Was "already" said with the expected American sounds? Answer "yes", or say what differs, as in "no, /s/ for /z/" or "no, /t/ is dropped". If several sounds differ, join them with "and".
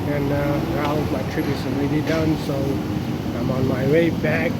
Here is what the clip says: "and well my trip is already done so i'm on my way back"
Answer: no, /n/ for /l/